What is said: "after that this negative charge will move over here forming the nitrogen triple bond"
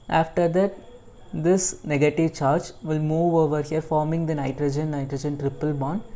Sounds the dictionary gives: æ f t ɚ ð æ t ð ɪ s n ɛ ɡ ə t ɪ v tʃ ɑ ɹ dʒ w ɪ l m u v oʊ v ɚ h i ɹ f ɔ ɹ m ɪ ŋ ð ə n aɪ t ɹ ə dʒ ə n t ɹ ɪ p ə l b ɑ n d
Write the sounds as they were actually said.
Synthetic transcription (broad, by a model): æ f t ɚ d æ t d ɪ s n ɛ ɡ ə t ɪ v tʃ ɑ ɹ dʒ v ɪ l m u v oʊ v ɚ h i ɹ f ɔ ɹ m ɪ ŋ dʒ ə n aɪ t ɹ ə dʒ ə n t ɹ ɪ p ə l b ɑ n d